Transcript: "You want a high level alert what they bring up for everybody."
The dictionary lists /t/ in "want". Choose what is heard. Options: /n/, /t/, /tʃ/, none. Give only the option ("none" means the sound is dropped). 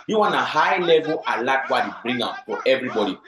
none